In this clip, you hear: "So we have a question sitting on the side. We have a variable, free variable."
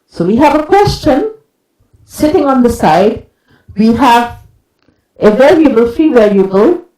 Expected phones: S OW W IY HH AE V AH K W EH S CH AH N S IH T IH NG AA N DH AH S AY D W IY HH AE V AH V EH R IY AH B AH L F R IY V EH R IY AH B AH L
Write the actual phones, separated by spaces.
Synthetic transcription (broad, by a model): S OW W IY HH AE V AH K W EH S CH AH N S IH T IH NG AA N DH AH S AY D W IY HH AE V AH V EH L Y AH B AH L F IY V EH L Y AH B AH L